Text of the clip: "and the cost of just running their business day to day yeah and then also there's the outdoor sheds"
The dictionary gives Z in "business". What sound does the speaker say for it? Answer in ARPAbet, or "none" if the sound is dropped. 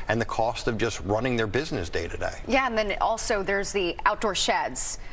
Z